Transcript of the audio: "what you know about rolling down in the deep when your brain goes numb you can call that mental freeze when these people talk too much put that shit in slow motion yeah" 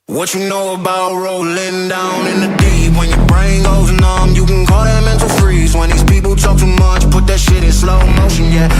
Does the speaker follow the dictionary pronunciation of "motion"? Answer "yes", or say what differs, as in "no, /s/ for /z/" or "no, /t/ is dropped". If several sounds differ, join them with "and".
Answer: yes